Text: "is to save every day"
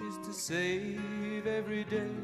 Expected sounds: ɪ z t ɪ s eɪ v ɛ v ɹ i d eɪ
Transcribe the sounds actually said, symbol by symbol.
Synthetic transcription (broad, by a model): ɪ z t ɪ s eɪ v ɛ v ɹ i d eɪ